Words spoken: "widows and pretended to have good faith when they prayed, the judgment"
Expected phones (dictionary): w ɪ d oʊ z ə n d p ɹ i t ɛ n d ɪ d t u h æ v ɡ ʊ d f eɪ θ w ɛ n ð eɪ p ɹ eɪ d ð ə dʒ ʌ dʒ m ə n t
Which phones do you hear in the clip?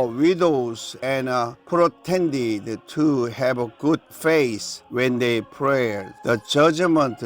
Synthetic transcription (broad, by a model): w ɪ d oʊ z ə n p ɹ i t ɛ n d ɪ d t u h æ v ɡ ʊ d f eɪ s w ɛ n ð eɪ p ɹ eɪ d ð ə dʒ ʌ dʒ m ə n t